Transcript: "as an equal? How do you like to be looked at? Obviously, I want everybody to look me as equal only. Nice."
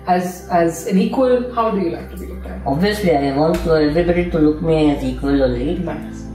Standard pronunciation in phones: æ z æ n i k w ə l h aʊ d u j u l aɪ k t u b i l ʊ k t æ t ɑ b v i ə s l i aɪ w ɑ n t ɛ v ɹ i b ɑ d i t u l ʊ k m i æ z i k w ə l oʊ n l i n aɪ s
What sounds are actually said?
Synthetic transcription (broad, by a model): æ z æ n i k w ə l h aʊ d u j u l aɪ k t u b i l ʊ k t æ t ɑ b v i ə s l i aɪ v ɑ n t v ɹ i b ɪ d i t u l ʊ k m i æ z i k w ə l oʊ l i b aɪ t